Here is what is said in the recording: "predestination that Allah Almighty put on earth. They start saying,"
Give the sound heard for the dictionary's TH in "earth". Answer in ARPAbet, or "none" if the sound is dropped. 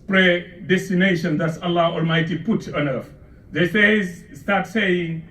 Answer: F